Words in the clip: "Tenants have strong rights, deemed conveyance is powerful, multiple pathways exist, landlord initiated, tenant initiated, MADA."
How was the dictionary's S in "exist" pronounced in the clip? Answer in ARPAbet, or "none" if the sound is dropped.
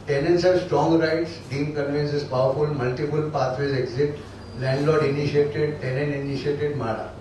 none